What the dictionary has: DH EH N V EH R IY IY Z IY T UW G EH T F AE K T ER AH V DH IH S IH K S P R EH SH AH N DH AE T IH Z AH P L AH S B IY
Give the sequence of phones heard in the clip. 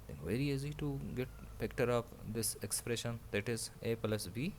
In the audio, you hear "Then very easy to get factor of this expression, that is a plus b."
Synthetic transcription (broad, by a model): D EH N V EH R IY IY Z IY T UW G EH T P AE K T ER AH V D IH S IH K S P R EH SH AH N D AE T IH Z AH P L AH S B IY